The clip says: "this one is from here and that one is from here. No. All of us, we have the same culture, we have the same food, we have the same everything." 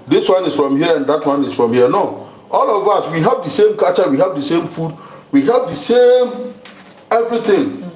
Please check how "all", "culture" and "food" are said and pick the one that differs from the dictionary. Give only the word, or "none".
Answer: culture